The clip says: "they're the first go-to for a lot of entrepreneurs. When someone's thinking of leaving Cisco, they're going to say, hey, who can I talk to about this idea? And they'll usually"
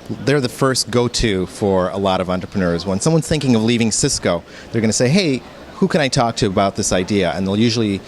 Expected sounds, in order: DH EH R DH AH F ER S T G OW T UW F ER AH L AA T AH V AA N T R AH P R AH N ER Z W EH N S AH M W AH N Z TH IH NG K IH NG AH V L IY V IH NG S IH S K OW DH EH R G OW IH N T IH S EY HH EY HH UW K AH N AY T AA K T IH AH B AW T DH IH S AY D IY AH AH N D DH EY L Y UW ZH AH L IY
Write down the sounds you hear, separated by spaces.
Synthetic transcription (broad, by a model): DH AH R DH AH F ER S T G OW T UW F ER AH L AA T AH V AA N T R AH P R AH N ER Z W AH N S AH M W AH N Z TH IH NG K IH NG AH V L IY V IH NG S IH S K OW DH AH R G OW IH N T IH S EY HH EY HH UW K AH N AY T AA K T IH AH B AW T DH IH S AY D IY AH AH N DH EY L Y UW ZH L IY